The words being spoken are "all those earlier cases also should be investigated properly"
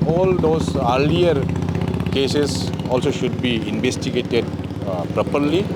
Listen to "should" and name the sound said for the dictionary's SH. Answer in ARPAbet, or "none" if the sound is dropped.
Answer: SH